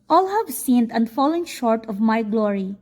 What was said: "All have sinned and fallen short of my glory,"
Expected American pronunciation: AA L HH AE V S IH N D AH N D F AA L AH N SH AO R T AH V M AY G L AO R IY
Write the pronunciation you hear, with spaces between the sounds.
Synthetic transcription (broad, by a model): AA L HH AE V S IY N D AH N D F AA L AH N SH AO R T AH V M AY G L AO R IY